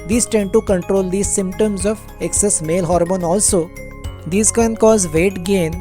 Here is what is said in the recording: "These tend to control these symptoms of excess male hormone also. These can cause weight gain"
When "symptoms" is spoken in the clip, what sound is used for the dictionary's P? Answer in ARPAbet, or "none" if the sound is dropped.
P